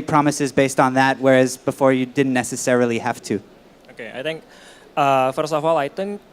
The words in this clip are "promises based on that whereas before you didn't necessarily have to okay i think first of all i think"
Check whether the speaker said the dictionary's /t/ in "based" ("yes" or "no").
yes